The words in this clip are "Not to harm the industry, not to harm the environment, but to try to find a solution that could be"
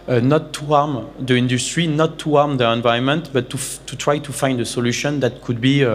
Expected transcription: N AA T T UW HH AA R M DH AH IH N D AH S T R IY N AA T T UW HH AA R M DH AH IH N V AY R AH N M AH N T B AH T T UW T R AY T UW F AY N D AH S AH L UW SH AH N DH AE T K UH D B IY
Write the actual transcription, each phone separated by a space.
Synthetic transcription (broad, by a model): N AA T T UW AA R M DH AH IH N D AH S T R IY N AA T T UW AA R M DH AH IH N V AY AH N M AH N T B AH T T UW T R AY T UW F AY N D AH S AH L UW SH AH N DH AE T K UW D B IY